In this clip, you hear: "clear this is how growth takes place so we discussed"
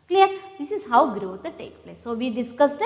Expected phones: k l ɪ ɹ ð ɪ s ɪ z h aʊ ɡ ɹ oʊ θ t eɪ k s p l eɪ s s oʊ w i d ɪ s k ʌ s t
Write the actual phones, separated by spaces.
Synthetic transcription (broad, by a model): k l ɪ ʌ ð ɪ s ɪ z h aʊ ɡ ɹ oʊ t t eɪ k p l eɪ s s oʊ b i d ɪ s k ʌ s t